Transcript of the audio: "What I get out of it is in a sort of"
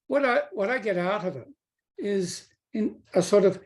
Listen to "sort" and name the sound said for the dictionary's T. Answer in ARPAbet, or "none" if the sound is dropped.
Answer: T